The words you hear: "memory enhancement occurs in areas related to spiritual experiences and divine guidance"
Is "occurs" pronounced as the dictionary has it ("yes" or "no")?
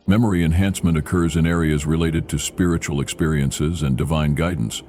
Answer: yes